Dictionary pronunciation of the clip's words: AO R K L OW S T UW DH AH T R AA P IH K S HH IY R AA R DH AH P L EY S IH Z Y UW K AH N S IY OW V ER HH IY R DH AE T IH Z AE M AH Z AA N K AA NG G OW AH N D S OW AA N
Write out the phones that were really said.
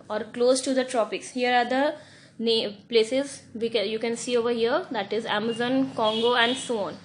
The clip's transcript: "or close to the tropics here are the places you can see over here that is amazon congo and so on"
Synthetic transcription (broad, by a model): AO R K L OW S T UW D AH T R AA P IH K S HH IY R AA R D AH P L EY S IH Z Y UW K AH N S IY OW V ER HH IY R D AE T IH Z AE M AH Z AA N K AA NG G OW AH N D S OW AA N